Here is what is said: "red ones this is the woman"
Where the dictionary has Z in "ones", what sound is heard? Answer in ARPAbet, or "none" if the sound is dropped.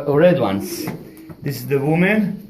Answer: S